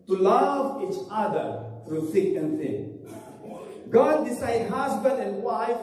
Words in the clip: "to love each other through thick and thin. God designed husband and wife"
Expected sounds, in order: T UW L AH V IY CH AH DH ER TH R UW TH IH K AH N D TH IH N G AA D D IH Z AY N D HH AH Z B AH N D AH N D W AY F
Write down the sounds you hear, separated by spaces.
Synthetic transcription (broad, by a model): T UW L AH V IY CH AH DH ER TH R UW S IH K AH N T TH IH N G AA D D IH S AY D HH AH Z B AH N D AH N D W AY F